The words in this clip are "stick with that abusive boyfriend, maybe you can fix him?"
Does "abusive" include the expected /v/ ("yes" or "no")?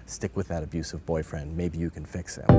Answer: yes